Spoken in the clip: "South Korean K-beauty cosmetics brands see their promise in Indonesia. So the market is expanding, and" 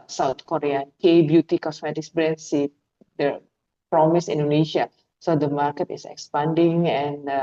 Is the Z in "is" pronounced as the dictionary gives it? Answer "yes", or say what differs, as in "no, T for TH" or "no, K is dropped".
no, S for Z